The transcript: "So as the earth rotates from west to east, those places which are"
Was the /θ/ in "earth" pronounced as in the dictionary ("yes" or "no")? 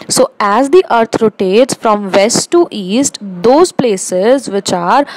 no